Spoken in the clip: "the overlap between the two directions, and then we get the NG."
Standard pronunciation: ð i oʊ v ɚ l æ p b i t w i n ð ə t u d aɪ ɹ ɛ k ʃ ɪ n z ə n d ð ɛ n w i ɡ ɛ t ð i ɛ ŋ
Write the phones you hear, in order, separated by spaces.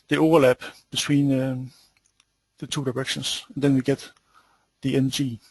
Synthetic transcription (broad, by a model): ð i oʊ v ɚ l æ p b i s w i n ð ə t u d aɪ ɹ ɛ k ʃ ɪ n s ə n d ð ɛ n w i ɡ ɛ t ð i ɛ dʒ